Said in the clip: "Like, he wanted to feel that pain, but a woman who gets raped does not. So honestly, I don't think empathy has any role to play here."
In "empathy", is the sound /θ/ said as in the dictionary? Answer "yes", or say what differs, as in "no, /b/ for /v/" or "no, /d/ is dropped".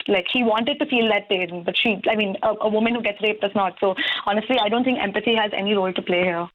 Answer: no, /s/ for /θ/